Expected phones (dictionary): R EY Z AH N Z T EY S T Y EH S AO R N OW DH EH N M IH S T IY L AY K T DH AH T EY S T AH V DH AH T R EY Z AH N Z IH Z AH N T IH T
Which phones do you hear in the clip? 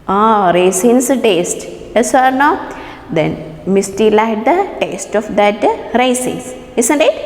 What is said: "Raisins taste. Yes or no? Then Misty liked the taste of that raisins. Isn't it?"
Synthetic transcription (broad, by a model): R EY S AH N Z T EY S T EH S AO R N OW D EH N M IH S T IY L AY T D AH T EY S T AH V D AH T R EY S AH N S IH S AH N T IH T